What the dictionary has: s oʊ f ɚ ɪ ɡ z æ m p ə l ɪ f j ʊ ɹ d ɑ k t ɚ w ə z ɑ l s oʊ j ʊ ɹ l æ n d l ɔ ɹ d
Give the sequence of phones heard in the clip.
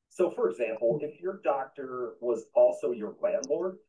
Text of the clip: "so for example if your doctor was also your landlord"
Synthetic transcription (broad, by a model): s oʊ f ɚ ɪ ɡ z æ m p l ɪ f j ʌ ɹ d ɑ k t ɚ w ə z ɑ l s oʊ j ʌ ɹ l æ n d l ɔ ɹ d